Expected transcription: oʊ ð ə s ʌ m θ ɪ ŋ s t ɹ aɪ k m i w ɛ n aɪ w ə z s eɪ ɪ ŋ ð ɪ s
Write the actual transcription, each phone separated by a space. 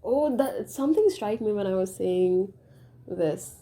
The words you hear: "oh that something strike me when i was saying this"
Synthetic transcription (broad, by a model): oʊ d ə s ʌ m t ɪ ŋ s t ɹ aɪ k m i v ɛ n aɪ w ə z s eɪ ɪ ŋ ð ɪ s